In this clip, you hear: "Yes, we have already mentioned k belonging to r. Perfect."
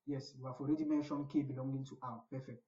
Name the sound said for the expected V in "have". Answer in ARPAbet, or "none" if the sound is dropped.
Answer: F